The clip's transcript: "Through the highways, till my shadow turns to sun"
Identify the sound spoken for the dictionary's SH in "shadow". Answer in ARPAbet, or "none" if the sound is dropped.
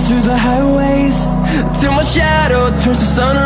SH